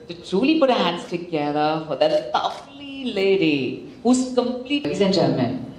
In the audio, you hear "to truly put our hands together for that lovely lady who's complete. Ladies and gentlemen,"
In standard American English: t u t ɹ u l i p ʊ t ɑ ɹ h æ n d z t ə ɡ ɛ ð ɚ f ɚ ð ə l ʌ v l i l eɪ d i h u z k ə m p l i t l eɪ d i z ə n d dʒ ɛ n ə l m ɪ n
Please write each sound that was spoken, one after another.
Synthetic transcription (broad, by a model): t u t ɹ u l i p ʊ t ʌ h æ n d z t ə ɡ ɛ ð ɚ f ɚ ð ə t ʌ f l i l eɪ d i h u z k ə m p l i t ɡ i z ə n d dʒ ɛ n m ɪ n